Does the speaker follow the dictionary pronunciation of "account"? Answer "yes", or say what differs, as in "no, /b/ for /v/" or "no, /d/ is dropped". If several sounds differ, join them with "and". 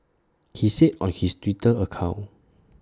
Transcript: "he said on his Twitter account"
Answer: no, /t/ is dropped